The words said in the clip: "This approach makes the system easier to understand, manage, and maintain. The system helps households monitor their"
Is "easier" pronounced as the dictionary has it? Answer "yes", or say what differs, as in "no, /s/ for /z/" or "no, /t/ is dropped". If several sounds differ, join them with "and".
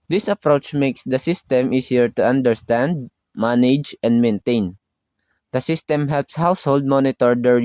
no, /s/ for /z/